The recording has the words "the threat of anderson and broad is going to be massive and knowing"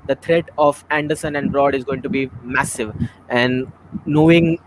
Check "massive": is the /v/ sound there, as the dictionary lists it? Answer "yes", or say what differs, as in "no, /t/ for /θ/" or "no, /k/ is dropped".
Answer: yes